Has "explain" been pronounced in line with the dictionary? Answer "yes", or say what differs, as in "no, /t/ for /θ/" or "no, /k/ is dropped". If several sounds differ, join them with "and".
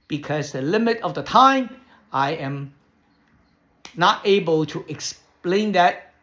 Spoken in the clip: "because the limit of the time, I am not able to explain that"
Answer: yes